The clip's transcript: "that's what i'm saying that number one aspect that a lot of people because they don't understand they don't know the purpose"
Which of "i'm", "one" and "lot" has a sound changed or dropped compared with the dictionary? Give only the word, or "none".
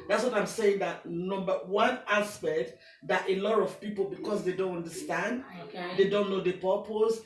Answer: none